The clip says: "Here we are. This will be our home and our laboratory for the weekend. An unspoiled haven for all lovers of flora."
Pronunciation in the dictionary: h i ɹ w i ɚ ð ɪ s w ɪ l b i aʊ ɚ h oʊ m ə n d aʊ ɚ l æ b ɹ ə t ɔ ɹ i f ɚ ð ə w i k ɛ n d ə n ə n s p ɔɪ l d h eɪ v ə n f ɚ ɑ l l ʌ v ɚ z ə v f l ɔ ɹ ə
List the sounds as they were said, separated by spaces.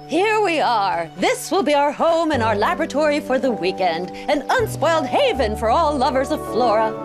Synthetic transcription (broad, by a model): h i ɹ w i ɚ ð ɪ s w ɪ l b i aʊ ɚ h oʊ m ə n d aʊ ɚ l æ b ɹ ə t ɔ ɹ i f ɚ ð ə w i k ɛ n d ə n ə n s p ɔɪ l d h eɪ v ə n f ɚ ɑ l l ʌ v ɚ z ə v f l ɔ ɹ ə